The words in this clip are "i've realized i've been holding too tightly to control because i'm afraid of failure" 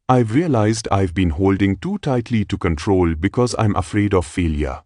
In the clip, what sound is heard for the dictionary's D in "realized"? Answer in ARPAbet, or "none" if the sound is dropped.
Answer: D